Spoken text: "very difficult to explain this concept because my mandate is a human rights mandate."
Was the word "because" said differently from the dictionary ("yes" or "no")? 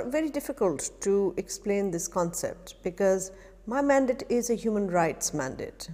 no